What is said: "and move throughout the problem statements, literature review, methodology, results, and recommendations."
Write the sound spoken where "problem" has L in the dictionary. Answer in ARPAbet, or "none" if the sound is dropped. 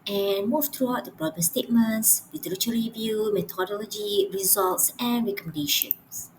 none